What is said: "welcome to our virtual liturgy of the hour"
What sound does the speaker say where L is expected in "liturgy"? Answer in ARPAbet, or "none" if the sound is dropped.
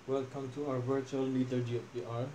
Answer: N